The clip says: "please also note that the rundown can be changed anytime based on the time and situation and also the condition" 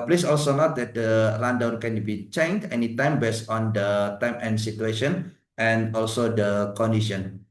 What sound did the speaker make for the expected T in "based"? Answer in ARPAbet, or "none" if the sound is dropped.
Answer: none